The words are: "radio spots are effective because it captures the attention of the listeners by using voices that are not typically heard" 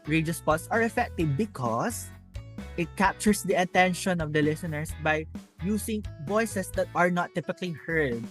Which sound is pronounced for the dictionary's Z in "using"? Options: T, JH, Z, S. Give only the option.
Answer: S